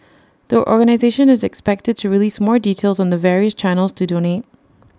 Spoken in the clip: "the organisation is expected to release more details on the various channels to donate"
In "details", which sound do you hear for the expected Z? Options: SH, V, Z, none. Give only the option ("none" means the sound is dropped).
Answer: Z